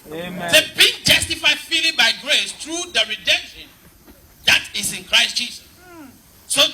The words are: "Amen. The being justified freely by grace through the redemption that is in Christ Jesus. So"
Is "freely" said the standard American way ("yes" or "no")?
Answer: no